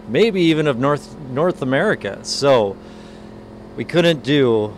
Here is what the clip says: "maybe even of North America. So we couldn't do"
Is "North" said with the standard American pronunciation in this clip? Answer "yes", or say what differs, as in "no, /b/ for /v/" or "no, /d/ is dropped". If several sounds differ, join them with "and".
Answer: yes